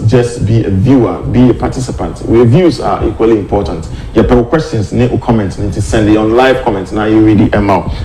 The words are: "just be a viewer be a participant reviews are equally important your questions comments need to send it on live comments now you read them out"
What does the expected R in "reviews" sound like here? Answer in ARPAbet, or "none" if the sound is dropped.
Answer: W